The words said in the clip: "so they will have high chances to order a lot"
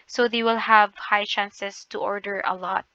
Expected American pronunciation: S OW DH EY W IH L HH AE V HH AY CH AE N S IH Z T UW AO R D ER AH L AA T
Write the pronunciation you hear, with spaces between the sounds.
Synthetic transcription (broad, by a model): S OW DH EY W IH L HH AE V HH AY CH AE N S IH S T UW AO R D ER AH L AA T